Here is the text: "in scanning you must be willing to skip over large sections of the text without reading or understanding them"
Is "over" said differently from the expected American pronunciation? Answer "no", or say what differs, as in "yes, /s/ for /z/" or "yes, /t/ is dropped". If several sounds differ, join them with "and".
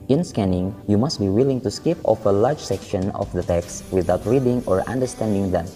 yes, /f/ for /v/